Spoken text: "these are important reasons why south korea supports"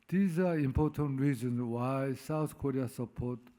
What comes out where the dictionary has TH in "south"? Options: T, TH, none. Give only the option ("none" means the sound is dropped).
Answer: T